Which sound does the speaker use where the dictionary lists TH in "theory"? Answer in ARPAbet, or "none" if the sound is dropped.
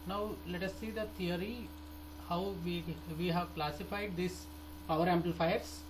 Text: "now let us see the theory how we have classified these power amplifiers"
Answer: T